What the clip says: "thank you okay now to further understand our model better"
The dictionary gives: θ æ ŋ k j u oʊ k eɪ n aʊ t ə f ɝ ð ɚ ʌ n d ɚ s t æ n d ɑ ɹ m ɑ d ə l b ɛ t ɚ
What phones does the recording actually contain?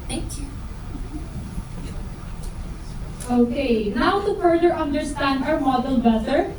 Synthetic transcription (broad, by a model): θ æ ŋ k j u oʊ k eɪ n aʊ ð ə p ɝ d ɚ ʌ n d ɚ s t æ n d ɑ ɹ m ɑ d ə l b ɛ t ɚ